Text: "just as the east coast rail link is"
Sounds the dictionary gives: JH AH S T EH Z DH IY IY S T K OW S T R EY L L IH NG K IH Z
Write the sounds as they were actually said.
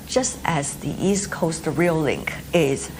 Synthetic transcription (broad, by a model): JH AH S T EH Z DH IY IY S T K OW S T R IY L L IH NG K IH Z